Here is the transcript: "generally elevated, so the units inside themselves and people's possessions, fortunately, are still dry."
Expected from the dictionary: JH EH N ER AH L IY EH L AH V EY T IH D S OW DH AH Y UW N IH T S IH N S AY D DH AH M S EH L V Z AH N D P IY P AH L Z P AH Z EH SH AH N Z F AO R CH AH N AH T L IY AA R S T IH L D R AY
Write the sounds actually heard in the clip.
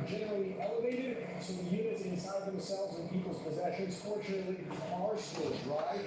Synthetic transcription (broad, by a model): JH EH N ER L IY EH L AH V EY T IH D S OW DH AH Y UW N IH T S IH N S AY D DH AH M S EH L V Z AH N P IY P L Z P AH Z EH SH AH N Z F AO R CH AH N AH T L IY AA R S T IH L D R AY